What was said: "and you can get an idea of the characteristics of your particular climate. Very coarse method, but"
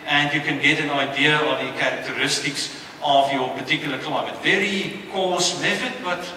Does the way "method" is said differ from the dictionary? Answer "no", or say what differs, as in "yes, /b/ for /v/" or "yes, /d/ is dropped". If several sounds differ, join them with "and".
yes, /f/ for /θ/